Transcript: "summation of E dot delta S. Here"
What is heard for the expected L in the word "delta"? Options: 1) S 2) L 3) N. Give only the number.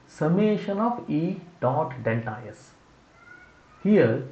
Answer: 3